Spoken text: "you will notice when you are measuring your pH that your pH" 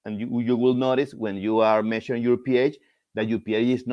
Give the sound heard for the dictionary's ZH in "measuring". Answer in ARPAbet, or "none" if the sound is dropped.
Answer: SH